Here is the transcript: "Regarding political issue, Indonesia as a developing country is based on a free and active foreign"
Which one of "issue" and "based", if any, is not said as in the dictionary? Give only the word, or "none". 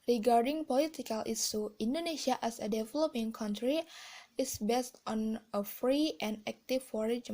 issue